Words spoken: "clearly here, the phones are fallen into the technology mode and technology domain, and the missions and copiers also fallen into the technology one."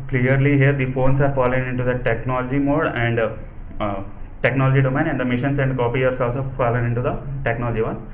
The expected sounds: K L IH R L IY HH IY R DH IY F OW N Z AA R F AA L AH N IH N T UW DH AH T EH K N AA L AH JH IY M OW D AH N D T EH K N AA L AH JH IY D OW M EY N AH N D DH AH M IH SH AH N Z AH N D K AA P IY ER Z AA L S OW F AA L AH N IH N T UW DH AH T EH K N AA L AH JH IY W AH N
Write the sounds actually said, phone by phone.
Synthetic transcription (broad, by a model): K L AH R L IY HH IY R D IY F OW N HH AA R F AA L AH N IH N T UW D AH T EH K N AA L AH JH IY M OW D AH N D T EH K N AA L AH JH IY D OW M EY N AH N D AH M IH SH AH N S AH N D K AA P IY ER S AA L S OW F AA L AH N IH N T UW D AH T EH K N AA L AH JH IY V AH N